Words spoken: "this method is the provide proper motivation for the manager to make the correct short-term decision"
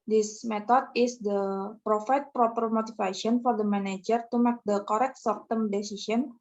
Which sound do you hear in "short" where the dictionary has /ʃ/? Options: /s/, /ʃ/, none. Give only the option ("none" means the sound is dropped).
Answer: /s/